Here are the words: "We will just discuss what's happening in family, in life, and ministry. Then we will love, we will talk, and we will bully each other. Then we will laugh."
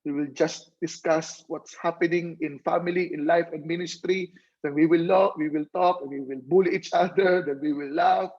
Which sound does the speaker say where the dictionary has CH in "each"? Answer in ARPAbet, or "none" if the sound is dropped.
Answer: CH